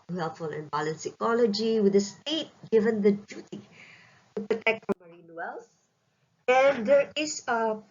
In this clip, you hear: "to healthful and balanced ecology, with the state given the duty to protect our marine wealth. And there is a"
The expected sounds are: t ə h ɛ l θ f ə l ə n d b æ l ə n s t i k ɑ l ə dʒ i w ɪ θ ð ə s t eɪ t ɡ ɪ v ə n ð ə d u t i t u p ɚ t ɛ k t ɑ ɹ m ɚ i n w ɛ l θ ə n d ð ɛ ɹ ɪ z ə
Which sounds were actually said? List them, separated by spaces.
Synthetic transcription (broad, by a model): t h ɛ l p f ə l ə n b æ l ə n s i k ɑ l ə dʒ i w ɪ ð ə s t eɪ t ɡ ɪ v ə n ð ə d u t i t u p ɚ t ɛ k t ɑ m ɚ i n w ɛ l s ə n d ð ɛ ɹ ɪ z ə